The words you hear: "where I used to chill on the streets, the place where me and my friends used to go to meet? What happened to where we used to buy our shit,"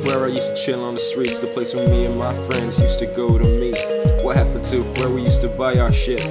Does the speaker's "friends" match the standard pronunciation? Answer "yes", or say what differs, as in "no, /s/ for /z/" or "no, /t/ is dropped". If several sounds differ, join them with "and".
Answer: yes